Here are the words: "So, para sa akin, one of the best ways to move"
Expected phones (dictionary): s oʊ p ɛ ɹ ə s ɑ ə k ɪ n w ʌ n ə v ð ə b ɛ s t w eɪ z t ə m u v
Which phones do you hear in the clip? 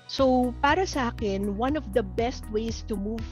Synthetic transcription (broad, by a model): s oʊ p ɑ ɹ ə s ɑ ə k ɪ n w ʌ n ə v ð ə b ɛ s t w eɪ s t ə m u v